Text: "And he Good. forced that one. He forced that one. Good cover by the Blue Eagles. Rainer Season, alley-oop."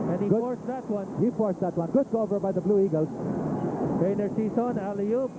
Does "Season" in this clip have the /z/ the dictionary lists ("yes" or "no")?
no